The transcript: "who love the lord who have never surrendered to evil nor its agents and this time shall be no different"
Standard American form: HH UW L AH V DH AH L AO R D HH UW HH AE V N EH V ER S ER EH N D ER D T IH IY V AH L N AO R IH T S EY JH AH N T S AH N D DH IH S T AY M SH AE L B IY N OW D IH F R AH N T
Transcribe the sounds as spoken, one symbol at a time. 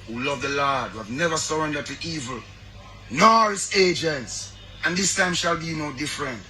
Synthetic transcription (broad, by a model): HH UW L AH V DH AH L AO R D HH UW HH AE V N EH V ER S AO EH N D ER T IH IY V AH L N AO R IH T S EY JH AH N T S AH N DH IH S T AY M SH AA L B IY N OW D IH F R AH N T